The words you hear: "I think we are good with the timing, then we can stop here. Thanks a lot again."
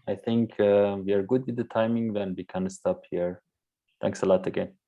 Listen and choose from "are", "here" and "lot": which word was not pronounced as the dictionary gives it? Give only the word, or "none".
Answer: none